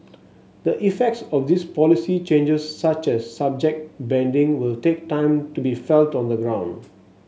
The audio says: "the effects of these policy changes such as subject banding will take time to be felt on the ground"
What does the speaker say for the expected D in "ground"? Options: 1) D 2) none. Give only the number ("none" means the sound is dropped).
1